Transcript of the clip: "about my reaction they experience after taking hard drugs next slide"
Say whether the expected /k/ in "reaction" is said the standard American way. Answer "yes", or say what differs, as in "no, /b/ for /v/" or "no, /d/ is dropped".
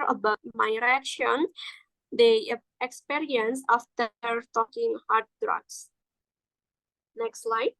yes